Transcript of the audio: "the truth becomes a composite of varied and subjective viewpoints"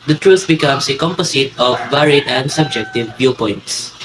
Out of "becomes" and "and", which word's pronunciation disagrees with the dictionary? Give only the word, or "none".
becomes